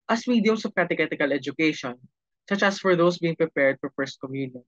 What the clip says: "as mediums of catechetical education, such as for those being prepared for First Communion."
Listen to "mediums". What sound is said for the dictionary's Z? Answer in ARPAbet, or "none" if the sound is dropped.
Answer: S